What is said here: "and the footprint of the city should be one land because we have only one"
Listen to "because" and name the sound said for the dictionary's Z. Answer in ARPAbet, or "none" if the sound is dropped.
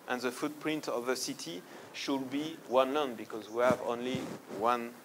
Z